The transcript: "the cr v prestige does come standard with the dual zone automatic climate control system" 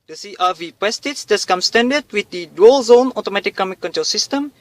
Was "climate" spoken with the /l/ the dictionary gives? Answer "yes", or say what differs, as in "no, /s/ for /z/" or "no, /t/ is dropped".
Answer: no, /l/ is dropped